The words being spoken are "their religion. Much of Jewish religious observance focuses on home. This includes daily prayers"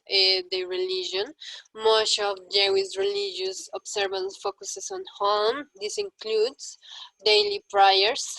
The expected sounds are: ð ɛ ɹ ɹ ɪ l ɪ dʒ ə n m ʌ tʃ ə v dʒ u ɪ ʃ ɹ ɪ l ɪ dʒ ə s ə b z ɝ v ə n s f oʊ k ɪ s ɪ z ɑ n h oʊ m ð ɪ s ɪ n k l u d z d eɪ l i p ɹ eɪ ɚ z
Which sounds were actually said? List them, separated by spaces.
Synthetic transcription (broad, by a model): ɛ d ɹ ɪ l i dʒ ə n m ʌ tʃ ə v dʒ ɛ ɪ s ɹ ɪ l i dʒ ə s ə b s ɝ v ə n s f oʊ k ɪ s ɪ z ɑ n h oʊ m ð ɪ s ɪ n k l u d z d eɪ l i p ɹ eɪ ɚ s